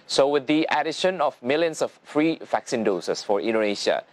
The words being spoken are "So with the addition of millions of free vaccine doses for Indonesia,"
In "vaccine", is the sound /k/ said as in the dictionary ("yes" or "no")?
yes